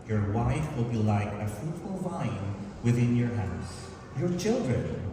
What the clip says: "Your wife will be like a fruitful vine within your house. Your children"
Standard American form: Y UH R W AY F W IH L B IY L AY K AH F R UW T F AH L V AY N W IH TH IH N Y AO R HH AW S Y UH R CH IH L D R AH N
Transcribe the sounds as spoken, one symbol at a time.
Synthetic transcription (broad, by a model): Y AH R W AY F W IH L B IY L AY K AH F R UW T F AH L V AY N W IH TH IH N Y AO R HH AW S Y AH R CH IH L D R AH N